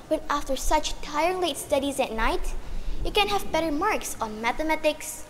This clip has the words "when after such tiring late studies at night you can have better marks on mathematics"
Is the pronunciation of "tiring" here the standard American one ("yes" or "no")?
no